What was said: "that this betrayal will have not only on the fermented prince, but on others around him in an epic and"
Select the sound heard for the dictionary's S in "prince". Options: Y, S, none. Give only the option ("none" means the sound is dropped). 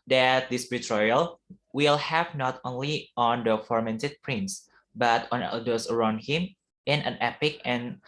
S